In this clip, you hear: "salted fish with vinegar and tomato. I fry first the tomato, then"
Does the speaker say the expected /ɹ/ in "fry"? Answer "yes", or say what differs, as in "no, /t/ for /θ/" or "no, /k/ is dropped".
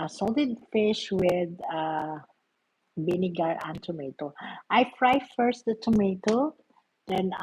yes